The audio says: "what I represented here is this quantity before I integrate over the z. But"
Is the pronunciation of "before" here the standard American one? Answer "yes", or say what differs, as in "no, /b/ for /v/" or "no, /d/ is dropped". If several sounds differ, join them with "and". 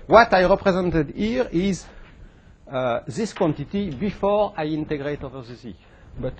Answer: yes